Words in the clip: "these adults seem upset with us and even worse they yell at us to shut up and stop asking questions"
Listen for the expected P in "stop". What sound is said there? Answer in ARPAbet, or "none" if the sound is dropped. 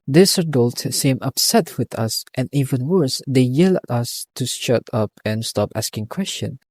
P